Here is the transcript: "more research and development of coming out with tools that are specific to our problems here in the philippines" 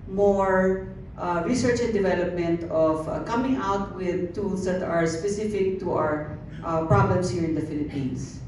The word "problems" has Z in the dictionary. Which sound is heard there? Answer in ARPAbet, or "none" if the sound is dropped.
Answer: S